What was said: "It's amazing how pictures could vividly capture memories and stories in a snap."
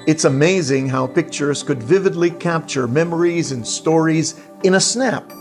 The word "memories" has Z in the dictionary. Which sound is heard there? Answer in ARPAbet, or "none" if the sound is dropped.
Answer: Z